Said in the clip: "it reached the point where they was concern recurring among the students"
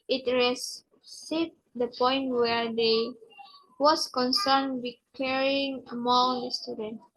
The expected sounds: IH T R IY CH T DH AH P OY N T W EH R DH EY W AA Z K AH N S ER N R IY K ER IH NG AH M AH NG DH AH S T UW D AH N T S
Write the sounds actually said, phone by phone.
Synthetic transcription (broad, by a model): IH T R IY S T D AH P OY N T W EH R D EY W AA S K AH N S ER N W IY K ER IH NG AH M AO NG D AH S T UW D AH N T